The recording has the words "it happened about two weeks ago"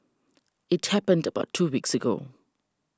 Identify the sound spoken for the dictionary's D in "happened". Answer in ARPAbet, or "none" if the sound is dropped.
D